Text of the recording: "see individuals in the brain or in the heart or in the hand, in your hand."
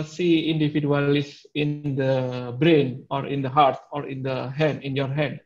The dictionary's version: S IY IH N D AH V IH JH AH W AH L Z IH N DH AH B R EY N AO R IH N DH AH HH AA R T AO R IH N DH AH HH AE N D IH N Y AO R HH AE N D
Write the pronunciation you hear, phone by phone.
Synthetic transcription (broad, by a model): S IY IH N D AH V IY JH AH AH L S IH N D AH B R EY N AO R IH N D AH HH AA R T AO R IH N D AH HH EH N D IH N Y AO R HH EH N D